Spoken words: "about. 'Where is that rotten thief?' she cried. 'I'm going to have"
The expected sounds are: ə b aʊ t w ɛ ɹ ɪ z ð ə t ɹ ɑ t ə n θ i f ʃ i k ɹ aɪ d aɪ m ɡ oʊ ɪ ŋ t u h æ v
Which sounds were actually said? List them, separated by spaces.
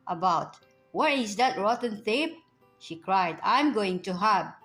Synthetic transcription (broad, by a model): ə b aʊ t w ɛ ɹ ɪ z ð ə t ɹ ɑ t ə n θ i p ʃ i k ɹ aɪ d aɪ m ɡ oʊ ɪ ŋ t u h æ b